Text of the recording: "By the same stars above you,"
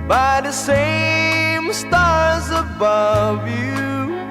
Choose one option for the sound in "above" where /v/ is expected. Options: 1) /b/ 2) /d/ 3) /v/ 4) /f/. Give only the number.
3